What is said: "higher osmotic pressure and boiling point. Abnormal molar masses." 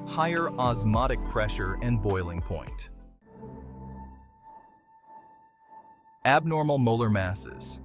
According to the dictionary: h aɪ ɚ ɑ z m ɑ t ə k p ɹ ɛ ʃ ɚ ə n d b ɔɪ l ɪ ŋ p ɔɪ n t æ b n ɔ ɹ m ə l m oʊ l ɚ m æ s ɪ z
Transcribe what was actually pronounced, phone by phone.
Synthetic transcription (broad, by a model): h aɪ ɚ ɑ z m ɑ t ə k p ɹ ɛ ʃ ɚ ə n b ɔɪ l ɪ ŋ p ɔɪ n t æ b n ɔ ɹ m l m oʊ l ɚ m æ s ɪ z